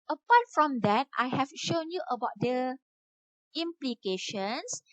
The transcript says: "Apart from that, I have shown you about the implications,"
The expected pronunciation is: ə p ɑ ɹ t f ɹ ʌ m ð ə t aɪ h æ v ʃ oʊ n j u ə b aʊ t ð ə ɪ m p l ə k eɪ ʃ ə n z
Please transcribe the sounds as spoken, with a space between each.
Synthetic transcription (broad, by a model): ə p ɑ t f ɹ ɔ m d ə t aɪ h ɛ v ʃ oʊ n j u ə b aʊ t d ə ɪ m p l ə k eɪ ʃ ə n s